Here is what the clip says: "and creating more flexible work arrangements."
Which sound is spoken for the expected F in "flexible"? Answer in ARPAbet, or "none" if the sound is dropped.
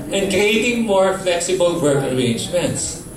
F